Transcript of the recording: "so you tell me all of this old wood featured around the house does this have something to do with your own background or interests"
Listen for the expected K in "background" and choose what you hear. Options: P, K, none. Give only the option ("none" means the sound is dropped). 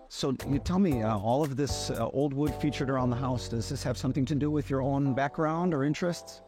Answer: K